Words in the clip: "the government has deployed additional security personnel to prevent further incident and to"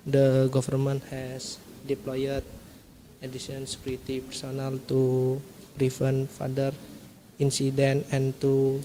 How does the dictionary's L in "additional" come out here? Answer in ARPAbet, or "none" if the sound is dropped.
N